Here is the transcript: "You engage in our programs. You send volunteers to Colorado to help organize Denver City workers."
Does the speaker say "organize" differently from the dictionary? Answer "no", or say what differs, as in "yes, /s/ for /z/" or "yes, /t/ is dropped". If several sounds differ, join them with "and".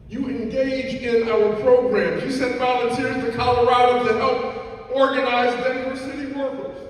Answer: no